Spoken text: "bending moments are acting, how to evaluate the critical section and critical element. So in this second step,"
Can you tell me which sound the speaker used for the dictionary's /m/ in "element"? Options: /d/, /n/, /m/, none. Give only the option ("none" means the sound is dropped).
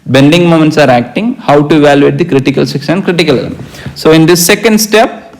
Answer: none